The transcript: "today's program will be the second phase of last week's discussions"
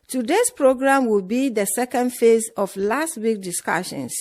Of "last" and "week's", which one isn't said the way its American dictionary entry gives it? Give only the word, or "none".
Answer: week's